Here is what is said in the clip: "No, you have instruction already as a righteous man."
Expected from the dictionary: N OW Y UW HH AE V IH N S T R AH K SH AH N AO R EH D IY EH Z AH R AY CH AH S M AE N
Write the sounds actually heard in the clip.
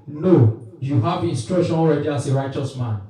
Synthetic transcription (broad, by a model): N OW Y UW HH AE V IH N S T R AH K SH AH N AO R EH D IY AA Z AH R AY CH AH S M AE N